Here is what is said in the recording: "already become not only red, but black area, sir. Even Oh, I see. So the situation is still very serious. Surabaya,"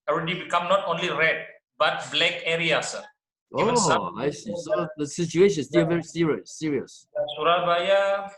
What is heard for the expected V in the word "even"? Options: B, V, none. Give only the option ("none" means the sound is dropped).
none